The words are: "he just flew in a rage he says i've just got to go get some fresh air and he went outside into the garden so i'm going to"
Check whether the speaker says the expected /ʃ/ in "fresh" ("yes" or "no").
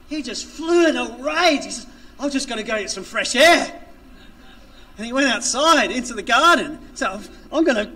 yes